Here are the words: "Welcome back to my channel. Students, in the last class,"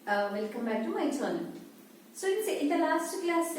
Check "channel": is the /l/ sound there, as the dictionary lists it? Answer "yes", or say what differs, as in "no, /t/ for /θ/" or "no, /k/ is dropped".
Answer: no, /n/ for /l/